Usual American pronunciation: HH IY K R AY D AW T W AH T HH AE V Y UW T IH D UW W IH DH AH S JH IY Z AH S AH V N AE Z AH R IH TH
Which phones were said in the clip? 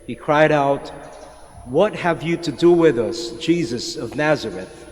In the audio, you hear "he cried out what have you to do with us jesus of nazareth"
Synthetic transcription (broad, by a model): HH IY K R AY D AW T W AH T HH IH V Y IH T IH D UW W IH DH AH S JH IY Z AH S AH V N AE Z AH R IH TH